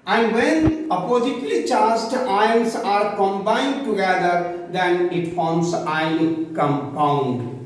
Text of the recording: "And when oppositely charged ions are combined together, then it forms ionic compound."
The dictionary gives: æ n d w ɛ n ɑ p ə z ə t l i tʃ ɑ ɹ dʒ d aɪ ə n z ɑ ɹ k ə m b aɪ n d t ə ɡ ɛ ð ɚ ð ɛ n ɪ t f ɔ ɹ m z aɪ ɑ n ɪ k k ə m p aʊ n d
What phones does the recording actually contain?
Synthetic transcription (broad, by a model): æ n d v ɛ n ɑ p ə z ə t l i tʃ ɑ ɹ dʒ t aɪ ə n s ɑ ɹ k ə m b aɪ n d t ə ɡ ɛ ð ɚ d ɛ n ɪ t f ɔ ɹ m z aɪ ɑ ɪ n k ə m p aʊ n d